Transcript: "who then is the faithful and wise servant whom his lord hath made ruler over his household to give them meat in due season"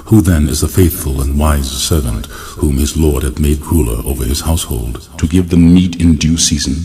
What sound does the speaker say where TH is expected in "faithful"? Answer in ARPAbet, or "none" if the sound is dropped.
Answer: TH